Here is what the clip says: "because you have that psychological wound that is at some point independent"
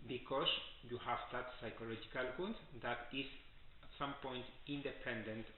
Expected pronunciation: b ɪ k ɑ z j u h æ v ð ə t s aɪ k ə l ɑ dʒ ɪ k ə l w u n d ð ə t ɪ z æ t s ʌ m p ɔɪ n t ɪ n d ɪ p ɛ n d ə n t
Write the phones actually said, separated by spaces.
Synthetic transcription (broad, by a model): b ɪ k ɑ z j u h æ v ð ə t s aɪ k ə l ɑ dʒ ɪ k ə l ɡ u d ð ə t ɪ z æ t s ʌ m p ɔɪ n t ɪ n d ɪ p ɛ n d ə n t